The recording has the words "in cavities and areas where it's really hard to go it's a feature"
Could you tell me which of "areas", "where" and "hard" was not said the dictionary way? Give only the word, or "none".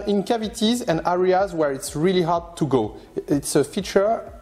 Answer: none